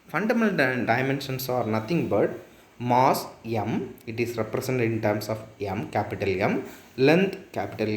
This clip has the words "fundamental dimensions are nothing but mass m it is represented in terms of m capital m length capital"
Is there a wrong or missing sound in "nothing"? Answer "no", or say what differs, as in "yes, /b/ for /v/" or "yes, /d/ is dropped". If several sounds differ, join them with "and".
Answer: yes, /t/ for /θ/